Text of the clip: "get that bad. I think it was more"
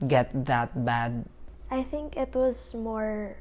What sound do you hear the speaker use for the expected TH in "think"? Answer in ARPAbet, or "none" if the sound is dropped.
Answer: TH